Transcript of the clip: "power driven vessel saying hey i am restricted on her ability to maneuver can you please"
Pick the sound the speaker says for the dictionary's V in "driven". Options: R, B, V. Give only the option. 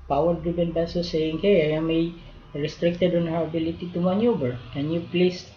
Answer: B